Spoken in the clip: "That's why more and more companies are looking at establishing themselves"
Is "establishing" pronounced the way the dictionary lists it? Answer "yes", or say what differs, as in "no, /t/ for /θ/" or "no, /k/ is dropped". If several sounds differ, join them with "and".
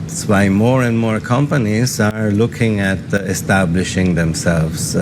yes